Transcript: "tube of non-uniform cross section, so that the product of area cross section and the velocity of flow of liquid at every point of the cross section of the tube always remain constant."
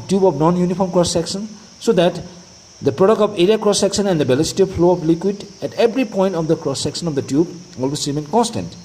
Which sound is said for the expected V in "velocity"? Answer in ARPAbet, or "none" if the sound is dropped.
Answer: B